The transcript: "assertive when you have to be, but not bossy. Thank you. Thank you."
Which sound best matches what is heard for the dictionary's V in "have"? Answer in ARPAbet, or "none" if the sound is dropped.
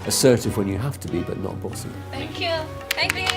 F